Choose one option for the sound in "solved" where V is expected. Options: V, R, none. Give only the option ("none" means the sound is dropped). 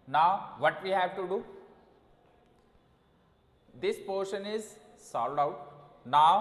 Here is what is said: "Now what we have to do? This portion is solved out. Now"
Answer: none